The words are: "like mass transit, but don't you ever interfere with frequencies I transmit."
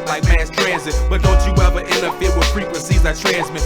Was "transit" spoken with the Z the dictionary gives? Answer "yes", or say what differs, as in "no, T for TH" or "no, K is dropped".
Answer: yes